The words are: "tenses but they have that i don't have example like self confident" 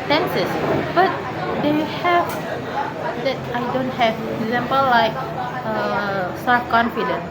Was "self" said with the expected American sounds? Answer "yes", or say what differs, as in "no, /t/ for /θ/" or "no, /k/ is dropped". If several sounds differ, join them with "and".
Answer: no, /l/ is dropped